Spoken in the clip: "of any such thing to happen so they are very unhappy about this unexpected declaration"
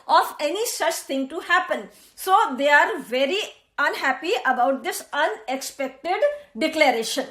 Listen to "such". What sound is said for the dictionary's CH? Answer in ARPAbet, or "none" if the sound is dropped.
CH